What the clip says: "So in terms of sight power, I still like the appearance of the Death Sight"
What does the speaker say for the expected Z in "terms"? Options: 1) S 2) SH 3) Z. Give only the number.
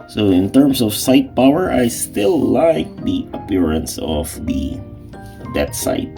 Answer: 1